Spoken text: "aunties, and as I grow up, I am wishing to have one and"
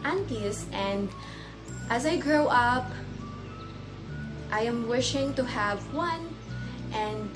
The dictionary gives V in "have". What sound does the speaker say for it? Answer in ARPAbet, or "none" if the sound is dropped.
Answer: V